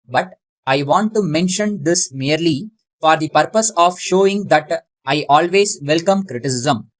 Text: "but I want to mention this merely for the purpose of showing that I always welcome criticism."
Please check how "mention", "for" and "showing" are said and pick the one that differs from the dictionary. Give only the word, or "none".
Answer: none